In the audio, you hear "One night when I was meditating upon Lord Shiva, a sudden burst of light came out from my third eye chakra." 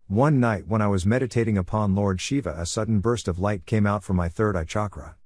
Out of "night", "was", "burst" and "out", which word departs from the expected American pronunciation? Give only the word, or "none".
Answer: none